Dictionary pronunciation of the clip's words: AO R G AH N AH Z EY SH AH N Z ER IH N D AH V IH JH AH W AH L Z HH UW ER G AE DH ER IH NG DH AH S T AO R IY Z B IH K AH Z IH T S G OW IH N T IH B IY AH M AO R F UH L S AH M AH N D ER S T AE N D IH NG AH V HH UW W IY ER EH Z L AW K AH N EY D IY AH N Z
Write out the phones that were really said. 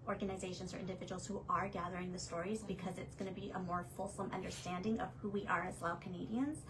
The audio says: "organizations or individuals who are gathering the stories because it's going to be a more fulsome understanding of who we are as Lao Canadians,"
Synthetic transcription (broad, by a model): AO R G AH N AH Z EY SH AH N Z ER IH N D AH V IH JH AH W L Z HH UW ER G AE DH ER IH NG DH AH S T AO R IY Z B IH K AH Z IH T S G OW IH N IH B IY AH M AO R F UH L S AH M AH N D ER S T AE N D IH NG AH V HH UW W IY ER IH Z L AW K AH N EY D IY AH N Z